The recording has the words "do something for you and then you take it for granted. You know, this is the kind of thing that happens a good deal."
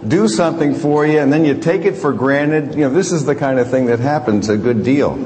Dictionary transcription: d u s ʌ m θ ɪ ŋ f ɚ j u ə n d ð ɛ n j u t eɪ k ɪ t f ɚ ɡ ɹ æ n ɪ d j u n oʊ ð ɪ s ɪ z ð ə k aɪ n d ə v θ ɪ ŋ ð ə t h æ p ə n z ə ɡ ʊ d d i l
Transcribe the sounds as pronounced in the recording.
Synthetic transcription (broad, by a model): d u s ʌ m θ ɪ ŋ f ɚ j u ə n ð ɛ n j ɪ t eɪ k ɪ t f ɚ ɡ ɹ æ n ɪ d j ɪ n oʊ ð ɪ s ɪ z ð ə k aɪ n d ə v θ ɪ ŋ ð ə t h æ p ə n z ə ɡ ʊ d d i l